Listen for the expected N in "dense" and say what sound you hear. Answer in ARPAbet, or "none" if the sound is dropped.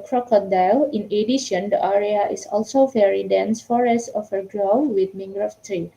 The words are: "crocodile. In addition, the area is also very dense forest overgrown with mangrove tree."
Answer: N